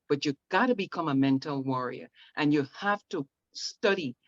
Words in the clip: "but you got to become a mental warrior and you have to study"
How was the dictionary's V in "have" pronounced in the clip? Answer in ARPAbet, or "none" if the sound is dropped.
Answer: F